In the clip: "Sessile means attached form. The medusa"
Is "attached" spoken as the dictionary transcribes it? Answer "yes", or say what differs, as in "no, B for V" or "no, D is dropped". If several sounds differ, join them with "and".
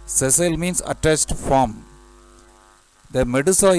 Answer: no, S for CH